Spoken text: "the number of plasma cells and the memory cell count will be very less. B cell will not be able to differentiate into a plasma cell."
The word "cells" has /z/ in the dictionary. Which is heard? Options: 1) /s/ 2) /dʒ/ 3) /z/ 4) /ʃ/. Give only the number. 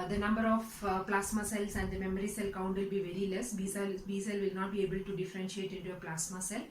1